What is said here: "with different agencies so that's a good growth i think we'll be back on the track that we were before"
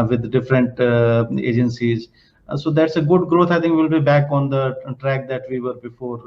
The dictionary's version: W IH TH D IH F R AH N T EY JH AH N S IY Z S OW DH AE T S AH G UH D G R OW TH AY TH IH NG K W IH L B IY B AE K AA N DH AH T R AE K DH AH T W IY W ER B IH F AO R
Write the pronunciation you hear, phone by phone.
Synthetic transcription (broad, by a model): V IH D D IH F R AH N T EY JH AH N S IY Z S OW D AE T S AH G UH D G R OW T AY T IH NG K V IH L B IY B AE K AA N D AH T R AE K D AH T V IY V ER B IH F AO R